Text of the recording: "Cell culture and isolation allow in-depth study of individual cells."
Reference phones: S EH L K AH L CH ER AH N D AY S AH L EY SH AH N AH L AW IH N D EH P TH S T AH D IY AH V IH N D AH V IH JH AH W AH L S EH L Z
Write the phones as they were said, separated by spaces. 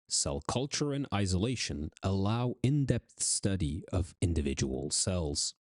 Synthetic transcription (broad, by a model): S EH L K AH L CH ER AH N AY S AH L EY SH AH N AH L AW IH N D EH P TH S T AH D IY AH V IH N D AH V IH JH AH W AH L S EH L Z